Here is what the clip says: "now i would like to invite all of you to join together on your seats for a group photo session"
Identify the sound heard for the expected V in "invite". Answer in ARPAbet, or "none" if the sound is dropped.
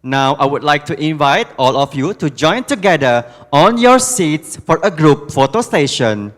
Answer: V